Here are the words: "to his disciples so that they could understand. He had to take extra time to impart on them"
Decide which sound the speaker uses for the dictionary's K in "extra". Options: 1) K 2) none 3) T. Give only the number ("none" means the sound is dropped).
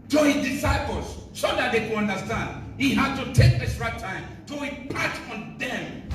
2